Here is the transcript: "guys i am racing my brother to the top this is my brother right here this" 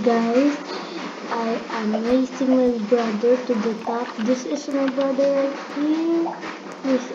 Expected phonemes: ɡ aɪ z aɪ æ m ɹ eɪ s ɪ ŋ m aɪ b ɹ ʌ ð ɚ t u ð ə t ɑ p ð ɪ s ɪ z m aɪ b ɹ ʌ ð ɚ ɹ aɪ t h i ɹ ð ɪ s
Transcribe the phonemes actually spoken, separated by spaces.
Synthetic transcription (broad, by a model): ɡ aɪ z aɪ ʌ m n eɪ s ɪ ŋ m aɪ b ɹ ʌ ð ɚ t u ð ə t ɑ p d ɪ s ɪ s m aɪ b ɹ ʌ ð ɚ l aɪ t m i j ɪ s